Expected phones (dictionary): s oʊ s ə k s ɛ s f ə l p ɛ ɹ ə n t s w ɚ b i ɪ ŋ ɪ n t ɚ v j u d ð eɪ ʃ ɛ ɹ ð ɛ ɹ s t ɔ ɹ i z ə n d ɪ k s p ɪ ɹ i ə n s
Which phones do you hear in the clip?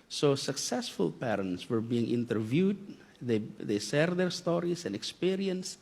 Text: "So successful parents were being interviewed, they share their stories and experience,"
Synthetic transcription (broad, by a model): s oʊ s ə k s ɛ s f ə l p ɛ ɹ ə n t s w ɚ b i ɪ ŋ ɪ n t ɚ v j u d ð eɪ s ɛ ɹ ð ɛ ɹ s t ɔ ɹ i s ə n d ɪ k s p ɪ ɹ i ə n s